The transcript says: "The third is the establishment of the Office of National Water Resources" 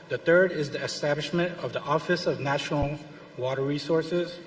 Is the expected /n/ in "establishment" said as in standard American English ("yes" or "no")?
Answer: yes